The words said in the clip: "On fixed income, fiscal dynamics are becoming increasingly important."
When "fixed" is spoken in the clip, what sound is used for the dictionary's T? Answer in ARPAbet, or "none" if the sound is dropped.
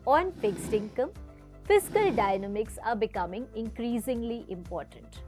T